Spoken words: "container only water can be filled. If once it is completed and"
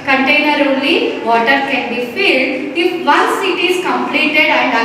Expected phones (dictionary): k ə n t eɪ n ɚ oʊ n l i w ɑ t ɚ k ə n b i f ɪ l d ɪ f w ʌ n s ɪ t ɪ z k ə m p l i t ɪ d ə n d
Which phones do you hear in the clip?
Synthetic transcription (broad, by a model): k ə n t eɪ n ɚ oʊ l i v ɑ t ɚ k ə n b i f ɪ l d ɪ f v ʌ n s ɪ t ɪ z k ə m p l i t ɪ d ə n d